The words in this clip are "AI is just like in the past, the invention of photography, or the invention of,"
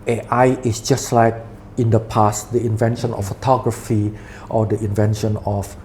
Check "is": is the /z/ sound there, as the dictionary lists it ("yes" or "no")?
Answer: no